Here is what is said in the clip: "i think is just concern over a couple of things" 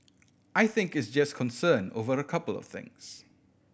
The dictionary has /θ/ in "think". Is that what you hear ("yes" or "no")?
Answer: yes